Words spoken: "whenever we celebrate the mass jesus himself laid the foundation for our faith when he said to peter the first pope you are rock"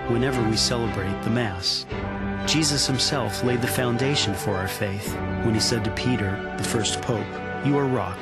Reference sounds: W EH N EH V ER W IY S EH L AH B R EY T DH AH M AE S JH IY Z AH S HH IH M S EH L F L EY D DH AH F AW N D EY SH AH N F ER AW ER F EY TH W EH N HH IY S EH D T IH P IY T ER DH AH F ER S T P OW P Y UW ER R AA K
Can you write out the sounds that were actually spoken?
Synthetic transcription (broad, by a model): W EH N EH V ER W IY S EH L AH B R EY T DH AH M AE S JH IY Z AH S HH IH M S EH L F L EY D DH AH F AW N D EY SH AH N F ER AW ER F EY TH W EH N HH IY S EH D T IH P IY T ER DH AH F ER S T P OW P Y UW ER R AA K